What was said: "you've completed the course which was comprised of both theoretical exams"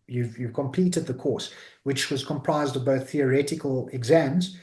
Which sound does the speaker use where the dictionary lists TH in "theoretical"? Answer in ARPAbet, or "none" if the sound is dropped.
TH